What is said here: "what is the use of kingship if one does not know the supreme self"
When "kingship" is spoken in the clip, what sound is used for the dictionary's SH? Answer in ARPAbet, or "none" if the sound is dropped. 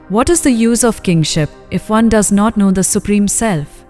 SH